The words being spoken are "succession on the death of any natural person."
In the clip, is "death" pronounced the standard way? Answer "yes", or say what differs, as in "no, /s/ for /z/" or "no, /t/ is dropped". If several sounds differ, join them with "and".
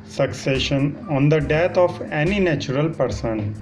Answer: no, /t/ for /θ/